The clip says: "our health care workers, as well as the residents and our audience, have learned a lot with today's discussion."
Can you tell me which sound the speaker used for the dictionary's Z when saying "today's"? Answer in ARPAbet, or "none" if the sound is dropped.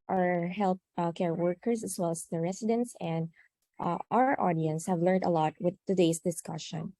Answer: S